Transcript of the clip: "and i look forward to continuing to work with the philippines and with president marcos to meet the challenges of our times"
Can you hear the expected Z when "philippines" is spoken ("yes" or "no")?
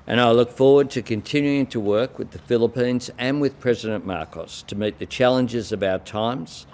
yes